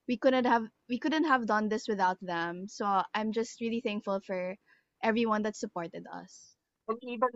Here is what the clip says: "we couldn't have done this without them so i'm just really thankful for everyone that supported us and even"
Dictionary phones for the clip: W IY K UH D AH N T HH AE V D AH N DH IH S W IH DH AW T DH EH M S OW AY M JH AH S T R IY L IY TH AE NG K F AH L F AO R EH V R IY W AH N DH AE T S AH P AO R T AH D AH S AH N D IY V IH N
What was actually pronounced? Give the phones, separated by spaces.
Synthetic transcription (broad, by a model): W IY K UH D AH N T HH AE V D AH N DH IH S W IH DH AW T DH EH M S OW AY M JH AH S T R IY L IY TH AE NG K F AH L F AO R EH V R IY W AH N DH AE T S AH P AO R T AH D AH S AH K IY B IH